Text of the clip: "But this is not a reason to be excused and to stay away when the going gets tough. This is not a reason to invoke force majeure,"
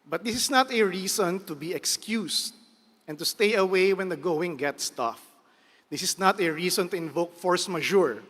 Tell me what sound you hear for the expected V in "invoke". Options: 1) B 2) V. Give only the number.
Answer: 2